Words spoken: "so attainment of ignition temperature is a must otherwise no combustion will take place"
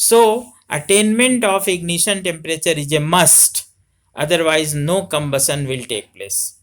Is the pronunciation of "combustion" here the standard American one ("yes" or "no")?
no